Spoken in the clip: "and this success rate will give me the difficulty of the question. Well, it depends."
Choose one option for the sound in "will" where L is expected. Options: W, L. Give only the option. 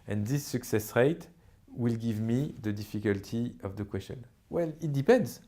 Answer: L